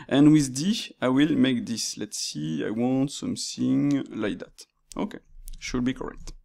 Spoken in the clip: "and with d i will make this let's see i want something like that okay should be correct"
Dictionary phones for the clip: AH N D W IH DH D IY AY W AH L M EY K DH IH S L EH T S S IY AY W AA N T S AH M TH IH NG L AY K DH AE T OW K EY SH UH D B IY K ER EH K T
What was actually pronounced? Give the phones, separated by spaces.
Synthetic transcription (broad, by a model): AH N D W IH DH D IY AY W AH L M EY K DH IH S L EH T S S IY AY W AA N T S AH M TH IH NG L AY K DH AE T OW K EY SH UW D B IY K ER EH K T